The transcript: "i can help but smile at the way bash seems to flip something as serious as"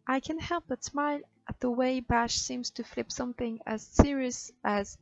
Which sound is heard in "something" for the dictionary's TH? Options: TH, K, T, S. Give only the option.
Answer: TH